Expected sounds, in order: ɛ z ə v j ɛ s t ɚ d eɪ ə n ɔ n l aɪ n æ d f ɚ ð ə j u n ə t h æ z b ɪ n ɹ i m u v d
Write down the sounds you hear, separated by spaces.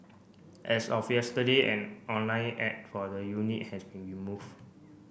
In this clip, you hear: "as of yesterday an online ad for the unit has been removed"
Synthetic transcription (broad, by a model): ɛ s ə f j ɛ s t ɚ d eɪ ə n ɔ n l aɪ n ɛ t f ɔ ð ə j u n ə t h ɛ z b ɪ n ɹ i m u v